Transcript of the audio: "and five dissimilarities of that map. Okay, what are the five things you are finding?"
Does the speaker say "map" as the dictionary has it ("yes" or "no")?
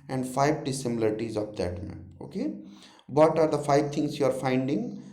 no